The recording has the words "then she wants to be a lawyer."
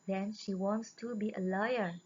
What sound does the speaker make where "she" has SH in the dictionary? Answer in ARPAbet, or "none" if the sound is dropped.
SH